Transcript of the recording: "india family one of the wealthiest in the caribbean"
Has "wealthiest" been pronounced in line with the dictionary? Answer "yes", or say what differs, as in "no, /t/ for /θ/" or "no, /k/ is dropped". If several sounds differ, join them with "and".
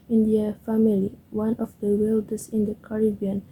no, /t/ is dropped